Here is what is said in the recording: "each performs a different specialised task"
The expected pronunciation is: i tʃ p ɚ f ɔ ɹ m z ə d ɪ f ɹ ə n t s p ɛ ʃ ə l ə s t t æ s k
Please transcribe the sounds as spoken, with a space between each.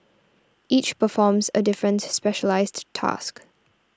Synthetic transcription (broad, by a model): i tʃ p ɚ f ɔ m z ə d ɪ f ɹ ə n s p ɛ ʃ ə l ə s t t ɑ s k